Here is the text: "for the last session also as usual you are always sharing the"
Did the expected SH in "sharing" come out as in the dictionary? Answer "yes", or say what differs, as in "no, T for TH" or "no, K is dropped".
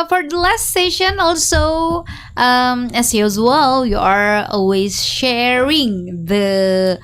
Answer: yes